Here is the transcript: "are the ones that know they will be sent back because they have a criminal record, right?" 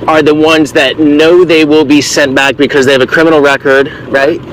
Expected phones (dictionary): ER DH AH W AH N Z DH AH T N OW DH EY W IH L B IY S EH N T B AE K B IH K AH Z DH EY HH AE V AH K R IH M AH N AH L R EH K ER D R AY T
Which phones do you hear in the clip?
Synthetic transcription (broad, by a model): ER DH AH W AH N Z DH AH T N OW DH EY W IH L B IY S EH N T B AE K B IH K AH Z DH EY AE V AH K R IH M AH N L R EH K ER D R AY T